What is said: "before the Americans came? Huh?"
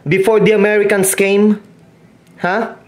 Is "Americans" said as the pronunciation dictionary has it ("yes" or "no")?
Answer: no